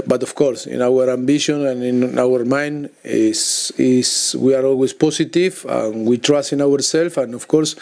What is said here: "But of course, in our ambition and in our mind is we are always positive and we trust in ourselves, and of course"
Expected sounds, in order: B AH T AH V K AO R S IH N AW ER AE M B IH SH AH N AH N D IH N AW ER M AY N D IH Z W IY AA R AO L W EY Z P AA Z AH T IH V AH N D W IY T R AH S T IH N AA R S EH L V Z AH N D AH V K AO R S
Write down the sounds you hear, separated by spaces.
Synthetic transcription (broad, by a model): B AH T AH F K AO R S IH N AW ER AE M B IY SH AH N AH N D IH N AW ER M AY N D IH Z W IY AA R AO L W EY S P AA S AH T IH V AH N W IY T R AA S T IH N AA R S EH L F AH N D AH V K AO R S